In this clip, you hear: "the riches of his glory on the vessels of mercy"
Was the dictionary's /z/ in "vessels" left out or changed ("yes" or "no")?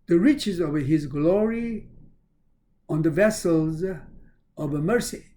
no